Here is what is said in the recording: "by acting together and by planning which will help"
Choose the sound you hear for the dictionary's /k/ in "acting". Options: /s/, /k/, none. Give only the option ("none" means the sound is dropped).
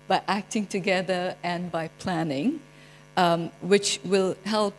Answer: /k/